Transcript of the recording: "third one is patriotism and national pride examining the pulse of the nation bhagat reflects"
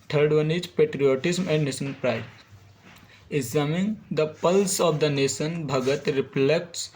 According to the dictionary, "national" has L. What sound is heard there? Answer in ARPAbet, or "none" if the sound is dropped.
N